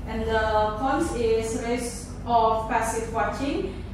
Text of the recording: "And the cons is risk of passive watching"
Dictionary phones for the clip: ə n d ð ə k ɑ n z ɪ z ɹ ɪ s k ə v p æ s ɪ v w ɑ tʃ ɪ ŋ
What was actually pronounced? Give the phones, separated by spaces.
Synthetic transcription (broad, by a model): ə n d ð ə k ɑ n s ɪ s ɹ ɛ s ə f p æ s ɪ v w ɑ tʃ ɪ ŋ